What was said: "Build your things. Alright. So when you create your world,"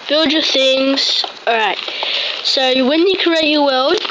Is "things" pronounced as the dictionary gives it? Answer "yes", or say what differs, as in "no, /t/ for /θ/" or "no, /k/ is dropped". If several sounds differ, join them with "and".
yes